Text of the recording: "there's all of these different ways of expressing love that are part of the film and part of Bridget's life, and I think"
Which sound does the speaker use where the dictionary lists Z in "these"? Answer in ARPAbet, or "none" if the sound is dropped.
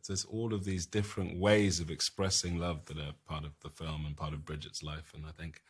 Z